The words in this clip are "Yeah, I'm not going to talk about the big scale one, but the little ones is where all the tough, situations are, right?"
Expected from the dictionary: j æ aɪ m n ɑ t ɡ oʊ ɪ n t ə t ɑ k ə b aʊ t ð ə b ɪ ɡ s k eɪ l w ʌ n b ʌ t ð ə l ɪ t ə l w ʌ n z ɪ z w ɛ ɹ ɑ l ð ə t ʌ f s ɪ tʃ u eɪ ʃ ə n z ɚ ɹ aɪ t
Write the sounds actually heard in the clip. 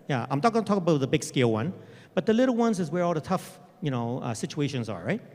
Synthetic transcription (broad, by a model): j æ aɪ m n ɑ t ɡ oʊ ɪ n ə t ɑ k ə b aʊ t ð ə b ɪ ɡ s k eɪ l w ʌ n b ʌ t ð ə l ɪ t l w ʌ n z ɪ z w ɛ ɹ ɑ l ð ə t ʌ f s ɪ tʃ u eɪ ʃ ə n z ɚ ɹ aɪ t